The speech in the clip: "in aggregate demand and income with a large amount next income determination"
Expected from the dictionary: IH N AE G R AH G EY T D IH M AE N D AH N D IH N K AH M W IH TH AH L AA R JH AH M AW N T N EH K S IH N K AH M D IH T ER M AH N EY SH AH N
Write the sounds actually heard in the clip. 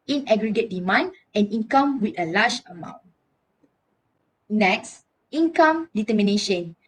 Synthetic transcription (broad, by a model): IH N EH G R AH G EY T D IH M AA N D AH N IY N K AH M W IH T AH L AA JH AH M AW N T N EH K S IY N K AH M D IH T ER M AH N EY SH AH N